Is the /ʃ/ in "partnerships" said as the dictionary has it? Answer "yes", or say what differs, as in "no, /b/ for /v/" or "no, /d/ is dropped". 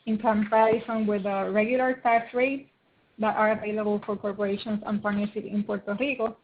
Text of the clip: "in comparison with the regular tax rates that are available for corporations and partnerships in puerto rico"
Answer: no, /s/ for /ʃ/